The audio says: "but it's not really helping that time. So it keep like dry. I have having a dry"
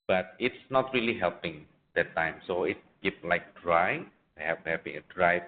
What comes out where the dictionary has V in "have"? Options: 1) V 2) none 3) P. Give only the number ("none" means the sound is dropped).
3